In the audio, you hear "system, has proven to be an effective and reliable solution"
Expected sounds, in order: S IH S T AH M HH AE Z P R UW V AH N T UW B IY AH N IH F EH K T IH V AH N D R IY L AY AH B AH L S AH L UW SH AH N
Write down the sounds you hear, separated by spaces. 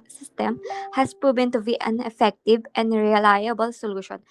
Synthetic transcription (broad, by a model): S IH S T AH M HH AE S P R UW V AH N T UW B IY AH N IH F EH K T IH V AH N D R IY L AY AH B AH L S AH L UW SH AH N